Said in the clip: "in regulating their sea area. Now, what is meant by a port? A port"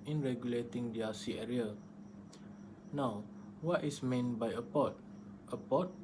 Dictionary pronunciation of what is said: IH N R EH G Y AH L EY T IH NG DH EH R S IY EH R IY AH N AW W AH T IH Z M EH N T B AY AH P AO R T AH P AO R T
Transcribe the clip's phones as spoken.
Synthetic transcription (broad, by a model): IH N R EH G Y AH L EY T IH NG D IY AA S IY EH R IY AH N AW W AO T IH S M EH N B AY AH P AO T T AH P AO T